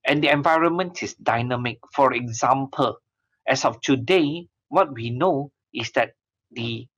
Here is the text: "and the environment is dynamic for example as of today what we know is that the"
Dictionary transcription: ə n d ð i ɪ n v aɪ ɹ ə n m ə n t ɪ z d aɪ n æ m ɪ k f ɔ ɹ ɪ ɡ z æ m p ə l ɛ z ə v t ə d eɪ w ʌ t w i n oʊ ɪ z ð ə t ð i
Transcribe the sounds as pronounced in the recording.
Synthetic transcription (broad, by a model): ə n d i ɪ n v aɪ ɹ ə n m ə n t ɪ s d aɪ n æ m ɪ k f ɔ ɹ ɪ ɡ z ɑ m p ə l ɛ s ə f t ə d eɪ w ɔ t w i n oʊ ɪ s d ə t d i